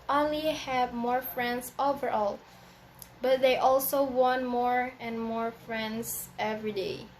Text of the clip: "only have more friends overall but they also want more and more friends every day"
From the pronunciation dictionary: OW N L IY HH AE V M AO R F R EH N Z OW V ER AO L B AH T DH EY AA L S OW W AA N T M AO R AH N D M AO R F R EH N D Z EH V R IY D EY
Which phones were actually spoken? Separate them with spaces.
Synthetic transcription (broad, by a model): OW N L IY HH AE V M AO R F R EH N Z OW V ER AO L B AH T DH EY AA L S OW W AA N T M AO R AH N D M AO R F R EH N D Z EH V R IY D EY